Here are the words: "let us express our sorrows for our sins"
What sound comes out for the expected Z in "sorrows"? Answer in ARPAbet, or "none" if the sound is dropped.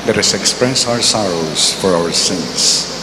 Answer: S